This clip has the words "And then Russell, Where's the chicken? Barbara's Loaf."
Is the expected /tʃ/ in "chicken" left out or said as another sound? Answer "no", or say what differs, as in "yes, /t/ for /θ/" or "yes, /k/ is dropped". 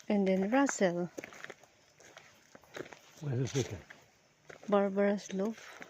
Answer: yes, /s/ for /tʃ/